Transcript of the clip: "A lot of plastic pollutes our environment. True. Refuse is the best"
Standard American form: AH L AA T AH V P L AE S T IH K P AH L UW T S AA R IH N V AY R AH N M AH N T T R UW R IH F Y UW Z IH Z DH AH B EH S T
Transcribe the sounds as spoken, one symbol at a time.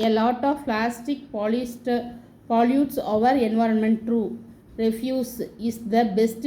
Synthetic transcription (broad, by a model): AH L AA T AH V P L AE S T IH K P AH L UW T S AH R IH N V AY R AH N M AH N T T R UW R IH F Y UW S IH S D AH B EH S T